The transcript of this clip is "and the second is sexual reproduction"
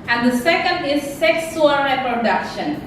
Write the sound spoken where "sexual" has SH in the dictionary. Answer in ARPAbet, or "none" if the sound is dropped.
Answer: S